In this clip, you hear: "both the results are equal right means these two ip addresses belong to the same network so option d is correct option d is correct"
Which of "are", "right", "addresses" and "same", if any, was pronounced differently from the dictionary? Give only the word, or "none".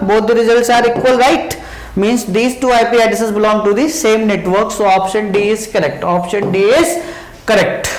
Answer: addresses